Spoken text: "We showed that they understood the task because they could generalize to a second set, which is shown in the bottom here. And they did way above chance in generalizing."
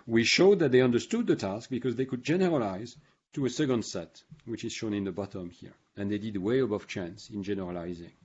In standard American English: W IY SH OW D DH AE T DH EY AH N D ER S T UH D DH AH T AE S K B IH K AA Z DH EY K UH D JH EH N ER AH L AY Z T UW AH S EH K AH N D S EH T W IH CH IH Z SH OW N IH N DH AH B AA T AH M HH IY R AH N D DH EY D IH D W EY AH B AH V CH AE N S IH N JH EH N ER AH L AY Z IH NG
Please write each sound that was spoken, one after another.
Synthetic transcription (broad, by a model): W IY SH OW D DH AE T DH EY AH N D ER S T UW D DH AH T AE S K B IH K AA Z DH EY K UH D JH EH N ER AH L AY Z T UW AH S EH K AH N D S EH T W IH CH IH Z SH OW N IH N DH AH B AA T AH M HH IY R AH N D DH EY D IH D W EY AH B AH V CH AE N S IH N JH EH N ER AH L AY Z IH NG